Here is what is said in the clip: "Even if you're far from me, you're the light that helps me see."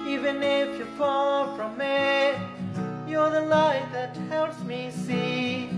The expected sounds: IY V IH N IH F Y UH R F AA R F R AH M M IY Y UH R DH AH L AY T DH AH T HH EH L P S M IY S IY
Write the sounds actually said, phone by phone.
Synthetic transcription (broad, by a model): IY V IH N IH F Y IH F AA L F R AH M M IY Y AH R DH AH L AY DH AH T HH EH L P S M IY S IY